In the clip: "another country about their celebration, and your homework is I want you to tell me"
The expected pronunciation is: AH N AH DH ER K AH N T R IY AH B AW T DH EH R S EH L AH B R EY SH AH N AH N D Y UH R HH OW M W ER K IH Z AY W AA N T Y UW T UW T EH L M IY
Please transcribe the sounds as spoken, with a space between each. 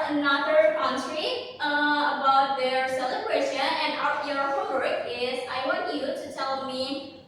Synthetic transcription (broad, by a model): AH N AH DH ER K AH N S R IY AH B AW T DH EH R S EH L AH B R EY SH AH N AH N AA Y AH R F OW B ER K IH Z AY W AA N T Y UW T UW T EH L M IY